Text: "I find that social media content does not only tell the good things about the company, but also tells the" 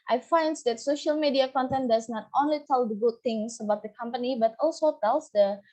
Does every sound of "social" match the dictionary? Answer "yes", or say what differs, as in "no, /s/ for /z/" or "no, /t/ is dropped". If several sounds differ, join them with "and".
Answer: yes